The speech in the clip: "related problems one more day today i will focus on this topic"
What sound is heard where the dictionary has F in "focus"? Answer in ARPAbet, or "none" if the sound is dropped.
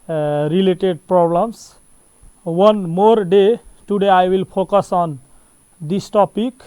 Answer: P